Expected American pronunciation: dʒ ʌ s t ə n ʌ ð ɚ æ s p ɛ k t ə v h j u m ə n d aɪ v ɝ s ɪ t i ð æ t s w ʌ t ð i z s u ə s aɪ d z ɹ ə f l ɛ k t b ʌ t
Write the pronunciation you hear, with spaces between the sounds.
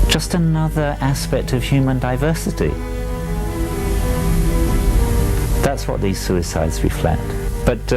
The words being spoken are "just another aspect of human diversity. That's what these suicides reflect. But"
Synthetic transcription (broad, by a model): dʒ ʌ s t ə n ʌ ð ɚ æ s p ɛ k t ə v h j u m ə n d aɪ v ɝ s ɪ t i ð æ t s w ʌ t ð i z s u ə s aɪ d z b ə f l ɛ t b ʌ t